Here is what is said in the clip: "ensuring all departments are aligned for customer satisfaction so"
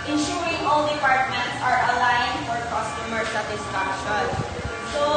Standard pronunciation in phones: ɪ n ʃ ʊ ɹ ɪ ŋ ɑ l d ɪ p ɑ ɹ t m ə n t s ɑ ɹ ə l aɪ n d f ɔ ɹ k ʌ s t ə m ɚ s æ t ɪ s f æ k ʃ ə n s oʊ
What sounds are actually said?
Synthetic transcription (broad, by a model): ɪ n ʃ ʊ ɹ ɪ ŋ ɑ l d ɪ p ɑ ɹ t m ə n t s ɑ ɹ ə l aɪ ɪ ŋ f ɔ ɹ k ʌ s t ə m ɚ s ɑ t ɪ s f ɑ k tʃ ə l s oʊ